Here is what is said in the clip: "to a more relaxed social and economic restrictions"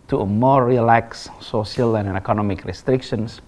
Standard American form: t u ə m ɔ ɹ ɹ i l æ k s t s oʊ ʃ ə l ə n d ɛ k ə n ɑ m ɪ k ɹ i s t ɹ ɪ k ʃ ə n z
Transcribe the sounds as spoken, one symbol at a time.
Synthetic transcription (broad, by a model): t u ə m ɔ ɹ ɹ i l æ k s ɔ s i ə l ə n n ɛ k ə n ɑ m ɪ k ɹ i s t ɹ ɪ k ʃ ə n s